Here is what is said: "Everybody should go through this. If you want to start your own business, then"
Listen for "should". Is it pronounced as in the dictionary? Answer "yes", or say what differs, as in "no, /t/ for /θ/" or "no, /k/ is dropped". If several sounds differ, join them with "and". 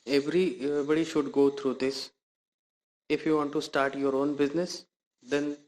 yes